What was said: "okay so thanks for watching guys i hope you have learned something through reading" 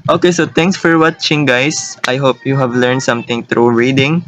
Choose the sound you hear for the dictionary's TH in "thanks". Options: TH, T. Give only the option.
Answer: T